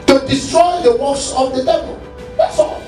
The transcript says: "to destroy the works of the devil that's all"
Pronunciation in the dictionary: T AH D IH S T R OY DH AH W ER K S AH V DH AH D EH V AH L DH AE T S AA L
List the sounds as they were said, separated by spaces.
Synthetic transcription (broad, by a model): T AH D IH S T R OY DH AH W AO S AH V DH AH D EH V AH L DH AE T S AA